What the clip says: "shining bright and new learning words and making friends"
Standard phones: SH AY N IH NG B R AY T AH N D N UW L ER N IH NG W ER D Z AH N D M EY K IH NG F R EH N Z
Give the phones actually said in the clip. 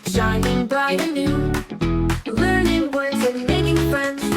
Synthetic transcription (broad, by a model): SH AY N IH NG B AY AH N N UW L ER N IH NG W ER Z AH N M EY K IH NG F R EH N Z